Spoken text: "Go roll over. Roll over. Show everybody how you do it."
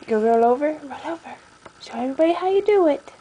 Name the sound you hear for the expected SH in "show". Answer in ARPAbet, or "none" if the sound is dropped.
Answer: S